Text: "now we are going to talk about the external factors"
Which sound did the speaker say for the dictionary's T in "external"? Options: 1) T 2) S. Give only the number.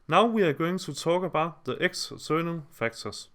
2